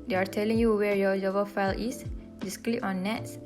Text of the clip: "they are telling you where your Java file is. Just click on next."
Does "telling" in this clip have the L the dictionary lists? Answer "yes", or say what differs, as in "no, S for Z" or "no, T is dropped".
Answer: yes